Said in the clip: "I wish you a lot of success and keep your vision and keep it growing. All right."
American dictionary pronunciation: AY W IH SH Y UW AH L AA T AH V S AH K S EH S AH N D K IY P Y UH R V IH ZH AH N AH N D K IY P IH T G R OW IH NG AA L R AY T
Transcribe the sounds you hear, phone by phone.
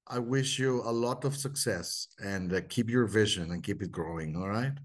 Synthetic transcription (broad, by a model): AY W IH SH Y UW AH L AA T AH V S AH K S EH S AH N D K IY P Y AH R V IH ZH AH N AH N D K IY P IH T G R OW IH NG AA L R AY T